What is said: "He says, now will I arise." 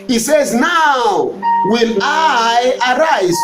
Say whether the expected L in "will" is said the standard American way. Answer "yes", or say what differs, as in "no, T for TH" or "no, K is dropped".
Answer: no, N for L